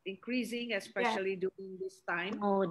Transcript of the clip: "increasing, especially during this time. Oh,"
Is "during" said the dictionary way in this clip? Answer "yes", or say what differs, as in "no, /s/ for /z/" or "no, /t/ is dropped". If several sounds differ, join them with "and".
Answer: no, /ɹ/ is dropped